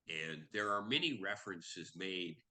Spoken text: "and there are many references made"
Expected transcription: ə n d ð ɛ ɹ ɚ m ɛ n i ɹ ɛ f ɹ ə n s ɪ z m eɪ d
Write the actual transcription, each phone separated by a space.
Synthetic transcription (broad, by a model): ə n ð ɛ ɹ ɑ m ɛ n i ɹ ɛ f ɹ ə n s ɪ z m eɪ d